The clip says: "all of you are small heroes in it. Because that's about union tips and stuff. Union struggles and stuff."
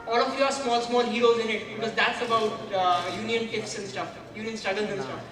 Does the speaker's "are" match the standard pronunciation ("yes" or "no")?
no